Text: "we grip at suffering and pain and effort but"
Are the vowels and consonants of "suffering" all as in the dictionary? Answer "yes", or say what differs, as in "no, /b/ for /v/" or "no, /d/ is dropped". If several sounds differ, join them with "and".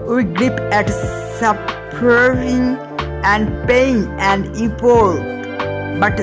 no, /p/ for /f/